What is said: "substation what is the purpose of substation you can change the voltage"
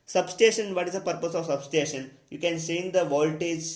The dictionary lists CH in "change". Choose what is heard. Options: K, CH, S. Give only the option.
S